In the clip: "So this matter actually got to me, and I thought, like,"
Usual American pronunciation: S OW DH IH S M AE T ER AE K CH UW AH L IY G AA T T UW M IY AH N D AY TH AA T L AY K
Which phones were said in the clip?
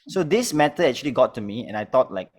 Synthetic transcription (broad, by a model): S OW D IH S M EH T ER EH K CH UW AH L IY G AA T T UW M IY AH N AY T AA T L AY K